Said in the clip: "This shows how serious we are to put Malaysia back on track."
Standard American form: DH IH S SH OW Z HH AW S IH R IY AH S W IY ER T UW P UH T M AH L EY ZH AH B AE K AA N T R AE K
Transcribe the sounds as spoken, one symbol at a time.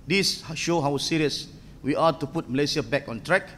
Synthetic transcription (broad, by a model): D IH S SH OW HH AW S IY R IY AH S W IY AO T UW P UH T M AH L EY S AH B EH K AA N T R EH K